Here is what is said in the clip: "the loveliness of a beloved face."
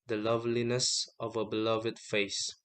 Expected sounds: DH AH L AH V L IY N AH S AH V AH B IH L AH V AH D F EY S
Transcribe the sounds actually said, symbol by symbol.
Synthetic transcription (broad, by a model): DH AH L AH V L IY N AH S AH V AH B IH L AH V AH D F EY S